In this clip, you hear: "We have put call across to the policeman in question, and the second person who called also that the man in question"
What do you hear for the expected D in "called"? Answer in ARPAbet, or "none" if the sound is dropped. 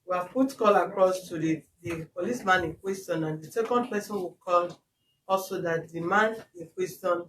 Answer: none